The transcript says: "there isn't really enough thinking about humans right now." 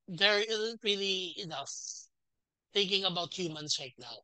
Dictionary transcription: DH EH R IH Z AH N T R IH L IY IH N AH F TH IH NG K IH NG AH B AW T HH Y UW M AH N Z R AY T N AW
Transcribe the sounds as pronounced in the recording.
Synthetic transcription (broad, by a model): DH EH R IH Z AH N T R IH L IY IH N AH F TH IH NG K IH NG AH B AW T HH Y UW M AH N S R AY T N AW